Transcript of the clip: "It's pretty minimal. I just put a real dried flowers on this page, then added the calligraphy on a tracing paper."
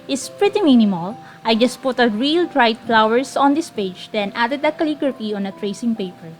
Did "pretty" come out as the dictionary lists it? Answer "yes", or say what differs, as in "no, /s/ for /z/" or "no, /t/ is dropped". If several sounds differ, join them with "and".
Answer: yes